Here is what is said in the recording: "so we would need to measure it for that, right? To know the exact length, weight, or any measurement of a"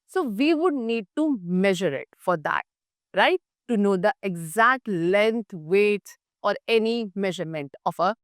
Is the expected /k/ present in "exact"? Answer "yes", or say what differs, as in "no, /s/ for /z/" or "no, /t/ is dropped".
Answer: yes